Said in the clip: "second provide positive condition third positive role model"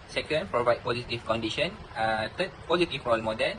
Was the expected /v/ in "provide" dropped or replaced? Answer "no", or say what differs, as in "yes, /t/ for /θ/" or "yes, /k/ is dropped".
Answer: no